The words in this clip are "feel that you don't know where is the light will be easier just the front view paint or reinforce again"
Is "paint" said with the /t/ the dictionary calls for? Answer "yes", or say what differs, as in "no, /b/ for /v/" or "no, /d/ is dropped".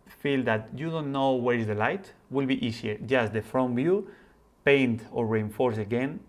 yes